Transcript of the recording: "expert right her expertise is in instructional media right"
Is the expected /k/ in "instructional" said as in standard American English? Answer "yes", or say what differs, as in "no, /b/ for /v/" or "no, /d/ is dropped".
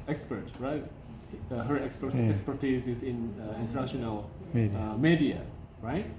no, /k/ is dropped